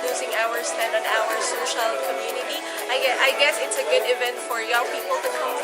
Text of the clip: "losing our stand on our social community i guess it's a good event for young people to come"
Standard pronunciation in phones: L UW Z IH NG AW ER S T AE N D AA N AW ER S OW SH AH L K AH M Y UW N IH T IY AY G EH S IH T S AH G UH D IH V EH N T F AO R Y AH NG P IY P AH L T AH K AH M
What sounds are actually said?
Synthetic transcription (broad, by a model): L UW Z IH NG AW ER S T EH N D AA N AW ER S OW SH AH L K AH M Y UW N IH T IY AY G EH S IH T S AH G UH D IH V EH N T F AO R Y AH NG P IY P AH L T AH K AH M